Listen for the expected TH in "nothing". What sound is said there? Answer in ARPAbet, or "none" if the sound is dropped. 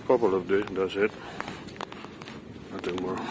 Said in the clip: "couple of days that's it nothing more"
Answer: T